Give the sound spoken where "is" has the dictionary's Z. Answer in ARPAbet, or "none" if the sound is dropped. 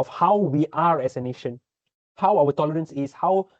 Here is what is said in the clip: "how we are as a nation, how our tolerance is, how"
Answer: S